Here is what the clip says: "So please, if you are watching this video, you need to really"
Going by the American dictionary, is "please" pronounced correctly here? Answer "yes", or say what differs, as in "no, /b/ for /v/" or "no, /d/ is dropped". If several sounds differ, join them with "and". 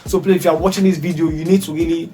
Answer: no, /z/ is dropped